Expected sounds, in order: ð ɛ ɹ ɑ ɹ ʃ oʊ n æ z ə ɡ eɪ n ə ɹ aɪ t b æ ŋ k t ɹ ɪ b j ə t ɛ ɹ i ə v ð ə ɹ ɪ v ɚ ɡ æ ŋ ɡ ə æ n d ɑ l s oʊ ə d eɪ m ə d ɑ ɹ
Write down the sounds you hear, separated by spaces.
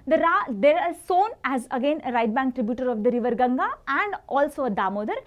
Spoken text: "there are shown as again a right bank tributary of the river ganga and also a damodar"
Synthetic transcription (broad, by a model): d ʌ ɹ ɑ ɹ s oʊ n æ z ə ɡ eɪ n ə ɹ aɪ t b æ ŋ k t ɹ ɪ b j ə t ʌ ɹ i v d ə ɹ ɪ v ɚ ɡ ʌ ŋ ɡ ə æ n d ɑ l s oʊ ə d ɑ m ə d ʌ ɹ